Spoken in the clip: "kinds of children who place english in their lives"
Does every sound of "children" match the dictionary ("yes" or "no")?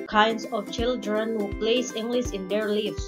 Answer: yes